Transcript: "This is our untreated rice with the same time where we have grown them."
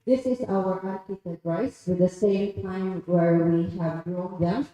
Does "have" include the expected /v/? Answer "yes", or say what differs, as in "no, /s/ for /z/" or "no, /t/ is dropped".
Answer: yes